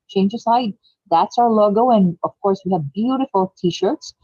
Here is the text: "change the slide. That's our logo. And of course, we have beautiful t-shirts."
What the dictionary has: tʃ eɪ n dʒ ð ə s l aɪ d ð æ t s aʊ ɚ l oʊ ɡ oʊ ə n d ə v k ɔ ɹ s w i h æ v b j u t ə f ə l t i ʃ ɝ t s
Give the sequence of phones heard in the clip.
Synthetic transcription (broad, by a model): tʃ eɪ n dʒ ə s aɪ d ð æ t s aʊ ɚ l oʊ ɡ oʊ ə n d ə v k ɔ ɹ s w i h æ v b j u t ə f ə l t i ʃ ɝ t s